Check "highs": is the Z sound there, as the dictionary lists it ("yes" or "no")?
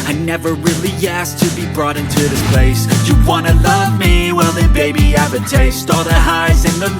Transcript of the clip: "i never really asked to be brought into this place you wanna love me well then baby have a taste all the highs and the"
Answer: yes